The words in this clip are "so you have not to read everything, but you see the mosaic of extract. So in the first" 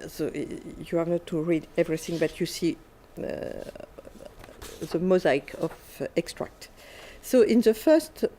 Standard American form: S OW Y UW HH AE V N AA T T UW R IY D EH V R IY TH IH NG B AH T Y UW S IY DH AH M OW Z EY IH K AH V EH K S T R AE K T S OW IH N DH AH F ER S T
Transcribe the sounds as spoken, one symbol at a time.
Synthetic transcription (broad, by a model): S OW Y UW HH AE V N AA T T UW R IY D EH V R IY TH IH NG B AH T Y UW S IY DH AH M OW Z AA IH K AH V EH K S T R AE K T S OW IH N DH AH F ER S T